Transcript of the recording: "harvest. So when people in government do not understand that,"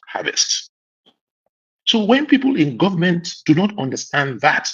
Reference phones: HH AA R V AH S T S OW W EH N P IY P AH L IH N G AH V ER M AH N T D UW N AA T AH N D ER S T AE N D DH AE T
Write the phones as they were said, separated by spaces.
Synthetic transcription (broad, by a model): HH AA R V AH S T S OW W EH N P IY P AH L IH N G AH V ER M AH N T D UW N AA T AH N D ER S T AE N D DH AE T